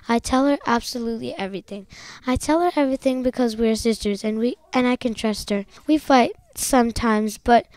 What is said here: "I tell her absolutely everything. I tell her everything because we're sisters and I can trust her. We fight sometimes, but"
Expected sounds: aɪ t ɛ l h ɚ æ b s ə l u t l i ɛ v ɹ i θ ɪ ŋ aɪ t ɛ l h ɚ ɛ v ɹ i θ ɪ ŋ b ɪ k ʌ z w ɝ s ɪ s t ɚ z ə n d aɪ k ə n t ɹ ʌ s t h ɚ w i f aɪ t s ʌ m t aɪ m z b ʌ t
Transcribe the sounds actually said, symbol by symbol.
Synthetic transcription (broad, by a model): aɪ t ɛ l h ɚ æ b s ə l u t l i ɛ v ɹ i θ ɪ ŋ aɪ t ɛ l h ɚ ɛ v ɹ i θ ɪ ŋ b ɪ k ʌ z w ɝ s ɪ s t ɚ z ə n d aɪ k ə n t ɹ ʌ s t h ɚ w i f aɪ t s ʌ m t aɪ m z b ʌ t